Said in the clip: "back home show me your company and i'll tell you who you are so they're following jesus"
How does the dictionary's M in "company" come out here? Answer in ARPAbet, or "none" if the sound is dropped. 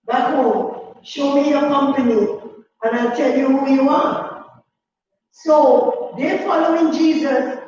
M